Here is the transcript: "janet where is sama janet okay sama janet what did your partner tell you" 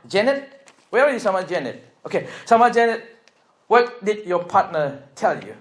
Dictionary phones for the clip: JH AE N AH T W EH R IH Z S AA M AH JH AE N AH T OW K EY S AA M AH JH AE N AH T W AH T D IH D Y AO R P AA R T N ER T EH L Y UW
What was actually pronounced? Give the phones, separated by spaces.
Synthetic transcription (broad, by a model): JH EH N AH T W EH W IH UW S AA M AH JH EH N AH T OW K EY S AA M AH JH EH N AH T W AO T D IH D Y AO P AA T N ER T EH L Y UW